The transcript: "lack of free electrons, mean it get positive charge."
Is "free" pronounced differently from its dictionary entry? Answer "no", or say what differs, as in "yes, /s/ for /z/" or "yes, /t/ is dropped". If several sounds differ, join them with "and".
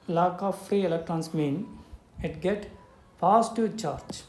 no